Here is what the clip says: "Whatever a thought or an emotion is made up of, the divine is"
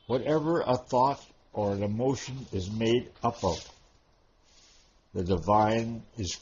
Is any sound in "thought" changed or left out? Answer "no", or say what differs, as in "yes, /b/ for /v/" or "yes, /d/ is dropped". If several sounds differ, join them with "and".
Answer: no